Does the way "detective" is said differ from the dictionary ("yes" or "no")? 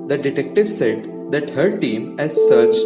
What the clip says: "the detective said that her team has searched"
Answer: no